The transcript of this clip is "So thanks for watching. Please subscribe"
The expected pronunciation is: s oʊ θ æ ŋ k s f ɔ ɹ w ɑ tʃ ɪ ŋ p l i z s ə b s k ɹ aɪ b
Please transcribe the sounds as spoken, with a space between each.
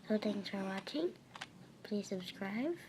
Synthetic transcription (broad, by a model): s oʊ t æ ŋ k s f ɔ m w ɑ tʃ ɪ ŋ p l i z s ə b s k ɹ aɪ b